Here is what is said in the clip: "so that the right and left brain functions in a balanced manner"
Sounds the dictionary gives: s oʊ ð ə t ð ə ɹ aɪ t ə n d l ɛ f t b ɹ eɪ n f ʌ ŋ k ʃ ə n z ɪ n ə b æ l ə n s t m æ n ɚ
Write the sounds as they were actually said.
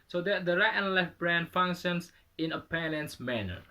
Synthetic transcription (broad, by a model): s oʊ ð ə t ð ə ɹ aɪ t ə n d l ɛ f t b ɹ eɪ n f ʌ ŋ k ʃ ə n s ɪ n ə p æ n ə n s m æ n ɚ